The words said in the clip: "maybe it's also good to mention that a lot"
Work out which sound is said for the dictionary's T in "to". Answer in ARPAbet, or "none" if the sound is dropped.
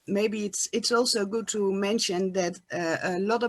T